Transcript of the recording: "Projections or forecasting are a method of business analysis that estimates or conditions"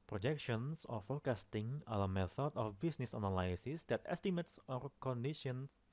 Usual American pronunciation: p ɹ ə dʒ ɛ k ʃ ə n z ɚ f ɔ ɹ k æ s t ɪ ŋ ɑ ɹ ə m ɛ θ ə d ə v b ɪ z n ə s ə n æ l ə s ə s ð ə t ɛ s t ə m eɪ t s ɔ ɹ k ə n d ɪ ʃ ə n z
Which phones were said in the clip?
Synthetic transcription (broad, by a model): p ɹ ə dʒ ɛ k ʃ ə n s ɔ f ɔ k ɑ s t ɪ ŋ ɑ l ə m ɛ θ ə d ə f b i s n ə s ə n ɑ l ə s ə s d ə t ɛ s t ə m eɪ t s ɔ ɹ k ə n d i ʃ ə n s